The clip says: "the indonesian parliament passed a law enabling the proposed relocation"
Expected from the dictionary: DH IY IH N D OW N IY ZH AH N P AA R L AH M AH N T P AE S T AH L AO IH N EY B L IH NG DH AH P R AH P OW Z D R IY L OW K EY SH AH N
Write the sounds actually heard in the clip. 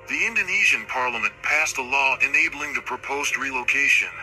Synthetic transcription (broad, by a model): DH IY IH N D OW N IY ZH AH N P AA R L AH M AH N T P AE S T AH L AO IH N EY B L IH NG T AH P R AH P OW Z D R IY L OW K EY SH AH N